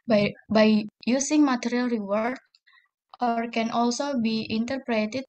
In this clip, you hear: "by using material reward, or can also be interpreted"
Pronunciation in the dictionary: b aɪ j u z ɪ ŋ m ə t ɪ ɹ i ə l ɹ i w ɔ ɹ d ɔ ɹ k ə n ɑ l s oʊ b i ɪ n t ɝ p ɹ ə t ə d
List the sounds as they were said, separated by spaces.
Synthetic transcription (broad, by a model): b aɪ j u s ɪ ŋ m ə t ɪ ɹ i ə l ɹ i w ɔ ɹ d ɔ ɹ k ə n ɑ l s oʊ b i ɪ n t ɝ p ɹ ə t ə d